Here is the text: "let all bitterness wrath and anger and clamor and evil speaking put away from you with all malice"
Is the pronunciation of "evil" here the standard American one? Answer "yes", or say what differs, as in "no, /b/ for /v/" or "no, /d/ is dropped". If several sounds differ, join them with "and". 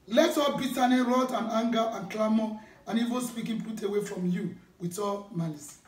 no, /n/ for /l/